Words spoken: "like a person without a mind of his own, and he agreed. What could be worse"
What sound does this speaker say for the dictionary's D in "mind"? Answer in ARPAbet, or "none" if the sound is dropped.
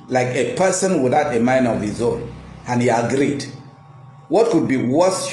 none